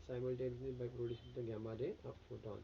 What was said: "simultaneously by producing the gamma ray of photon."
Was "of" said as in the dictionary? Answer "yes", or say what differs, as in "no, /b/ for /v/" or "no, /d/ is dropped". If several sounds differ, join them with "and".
no, /p/ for /v/